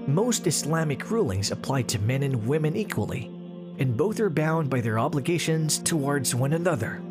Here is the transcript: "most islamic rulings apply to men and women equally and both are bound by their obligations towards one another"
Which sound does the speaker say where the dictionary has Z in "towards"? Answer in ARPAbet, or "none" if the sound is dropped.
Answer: Z